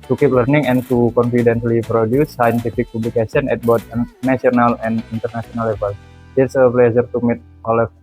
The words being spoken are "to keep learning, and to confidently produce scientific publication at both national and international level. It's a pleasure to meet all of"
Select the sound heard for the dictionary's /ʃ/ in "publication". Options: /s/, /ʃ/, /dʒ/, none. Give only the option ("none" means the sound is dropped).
/s/